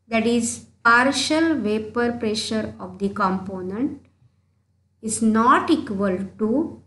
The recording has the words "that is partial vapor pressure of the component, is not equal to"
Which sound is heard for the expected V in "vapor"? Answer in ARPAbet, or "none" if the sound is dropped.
V